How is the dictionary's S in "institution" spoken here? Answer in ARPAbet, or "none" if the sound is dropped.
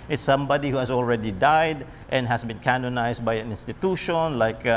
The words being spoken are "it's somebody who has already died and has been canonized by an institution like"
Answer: S